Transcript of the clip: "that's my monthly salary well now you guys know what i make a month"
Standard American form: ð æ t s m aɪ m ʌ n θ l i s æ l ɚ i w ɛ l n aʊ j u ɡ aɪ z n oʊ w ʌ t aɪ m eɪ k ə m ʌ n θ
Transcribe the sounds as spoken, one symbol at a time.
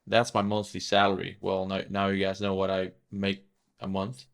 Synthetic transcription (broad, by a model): ð æ t s m aɪ m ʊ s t l i s æ l ɚ i w ɛ l n aʊ j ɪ ɡ aɪ z n oʊ w ʌ t aɪ m eɪ k ə m ʌ n θ